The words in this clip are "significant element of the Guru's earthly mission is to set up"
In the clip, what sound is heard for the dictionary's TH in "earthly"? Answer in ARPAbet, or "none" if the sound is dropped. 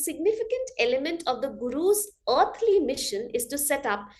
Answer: T